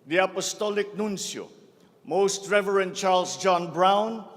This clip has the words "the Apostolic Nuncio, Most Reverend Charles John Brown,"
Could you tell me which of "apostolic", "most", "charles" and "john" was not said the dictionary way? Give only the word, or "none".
charles